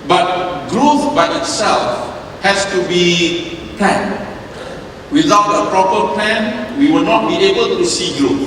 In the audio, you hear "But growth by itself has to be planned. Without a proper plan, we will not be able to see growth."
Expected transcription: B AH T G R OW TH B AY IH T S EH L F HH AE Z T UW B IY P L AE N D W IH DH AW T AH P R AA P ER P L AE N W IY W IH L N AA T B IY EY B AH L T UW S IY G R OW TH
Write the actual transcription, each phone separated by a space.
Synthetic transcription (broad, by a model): B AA T G R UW F B AY IH T S EH L F HH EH S T UW B IY P L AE N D W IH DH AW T AH P R AA P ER P L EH N W IY W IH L N AA T B IY EY B AH L T UW S IY G R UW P